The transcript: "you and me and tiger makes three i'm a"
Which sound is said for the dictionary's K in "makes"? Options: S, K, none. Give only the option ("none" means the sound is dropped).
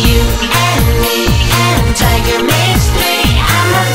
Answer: none